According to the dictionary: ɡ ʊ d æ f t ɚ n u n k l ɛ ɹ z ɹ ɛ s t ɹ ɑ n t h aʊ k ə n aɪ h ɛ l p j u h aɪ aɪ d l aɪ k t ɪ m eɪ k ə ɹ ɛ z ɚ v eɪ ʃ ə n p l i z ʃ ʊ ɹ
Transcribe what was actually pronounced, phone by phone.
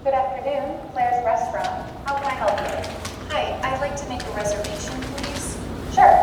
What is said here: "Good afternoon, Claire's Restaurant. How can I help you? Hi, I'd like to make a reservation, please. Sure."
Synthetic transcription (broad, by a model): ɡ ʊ d æ f t ɚ n u n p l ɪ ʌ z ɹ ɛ s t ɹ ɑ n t h aʊ k ə n aɪ h ɛ l p j u h aɪ aɪ d l aɪ k t ɪ m eɪ k ə ɹ ɛ z ɚ v eɪ ʃ ə n p l i z ʃ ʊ ɹ